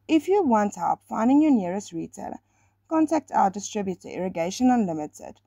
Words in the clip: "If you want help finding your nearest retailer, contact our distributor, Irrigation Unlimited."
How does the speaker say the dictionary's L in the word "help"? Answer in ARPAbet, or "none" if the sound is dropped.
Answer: none